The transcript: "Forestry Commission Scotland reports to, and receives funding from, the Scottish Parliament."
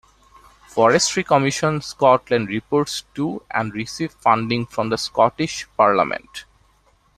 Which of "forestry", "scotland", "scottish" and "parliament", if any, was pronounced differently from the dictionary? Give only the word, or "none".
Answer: none